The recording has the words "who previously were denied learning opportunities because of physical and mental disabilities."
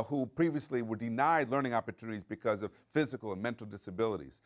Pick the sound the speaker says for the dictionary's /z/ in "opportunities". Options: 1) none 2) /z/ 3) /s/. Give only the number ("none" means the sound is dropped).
2